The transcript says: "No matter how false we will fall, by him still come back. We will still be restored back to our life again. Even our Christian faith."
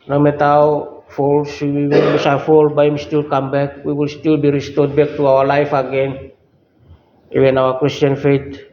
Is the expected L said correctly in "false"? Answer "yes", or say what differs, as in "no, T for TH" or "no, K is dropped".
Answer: yes